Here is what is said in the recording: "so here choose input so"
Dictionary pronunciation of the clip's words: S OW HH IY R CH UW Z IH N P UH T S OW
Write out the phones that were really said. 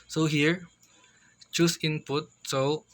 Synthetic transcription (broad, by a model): S OW HH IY R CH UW S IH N P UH T S OW